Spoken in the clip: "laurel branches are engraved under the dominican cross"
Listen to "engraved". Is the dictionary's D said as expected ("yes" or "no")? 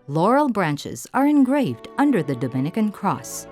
yes